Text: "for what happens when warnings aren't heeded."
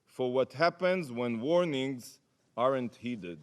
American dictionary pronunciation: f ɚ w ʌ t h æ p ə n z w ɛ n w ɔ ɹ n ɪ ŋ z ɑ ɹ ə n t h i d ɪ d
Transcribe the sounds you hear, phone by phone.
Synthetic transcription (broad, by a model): f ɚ w ʌ t h æ p ə n z w ɛ n w ɔ ɹ n ɪ ŋ z ɑ ɹ ə n t h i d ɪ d